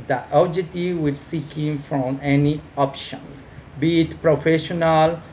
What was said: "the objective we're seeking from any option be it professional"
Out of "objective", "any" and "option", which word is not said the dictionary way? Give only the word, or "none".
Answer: objective